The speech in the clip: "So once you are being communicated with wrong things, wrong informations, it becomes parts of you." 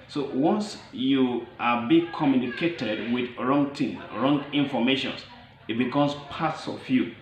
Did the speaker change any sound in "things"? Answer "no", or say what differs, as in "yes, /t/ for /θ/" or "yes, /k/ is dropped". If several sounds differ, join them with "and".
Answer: yes, /z/ is dropped